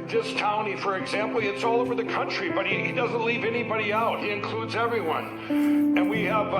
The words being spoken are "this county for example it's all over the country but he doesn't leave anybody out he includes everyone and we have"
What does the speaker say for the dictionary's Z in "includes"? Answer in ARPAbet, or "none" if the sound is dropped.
Z